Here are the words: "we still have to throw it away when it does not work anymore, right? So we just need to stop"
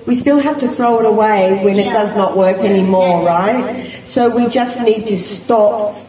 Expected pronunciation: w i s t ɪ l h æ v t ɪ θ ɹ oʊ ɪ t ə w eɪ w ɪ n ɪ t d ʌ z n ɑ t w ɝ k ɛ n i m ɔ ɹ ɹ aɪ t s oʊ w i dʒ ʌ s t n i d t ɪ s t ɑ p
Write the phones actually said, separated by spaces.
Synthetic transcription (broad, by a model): w i s t ɪ l h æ f t ɪ θ ɹ oʊ ɪ t ə w eɪ w ɪ n ɪ t d ʌ z n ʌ t w ɝ k ɛ n i m ɔ ɹ ɹ aɪ t s oʊ w i dʒ ʌ s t n i d t ɪ s t ɑ p